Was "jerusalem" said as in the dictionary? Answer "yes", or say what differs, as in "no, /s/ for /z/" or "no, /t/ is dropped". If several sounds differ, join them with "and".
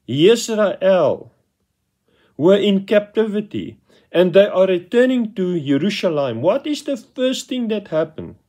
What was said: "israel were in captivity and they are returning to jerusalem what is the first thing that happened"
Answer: no, /ʃ/ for /s/